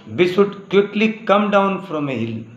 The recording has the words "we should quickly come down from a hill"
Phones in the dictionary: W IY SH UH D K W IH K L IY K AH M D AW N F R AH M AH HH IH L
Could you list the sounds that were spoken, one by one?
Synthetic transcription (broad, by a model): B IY S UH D K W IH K L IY K AH M D AW N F R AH M AH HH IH L